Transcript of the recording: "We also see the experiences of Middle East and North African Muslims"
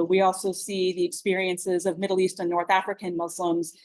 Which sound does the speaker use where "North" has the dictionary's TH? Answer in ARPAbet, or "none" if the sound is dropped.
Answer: TH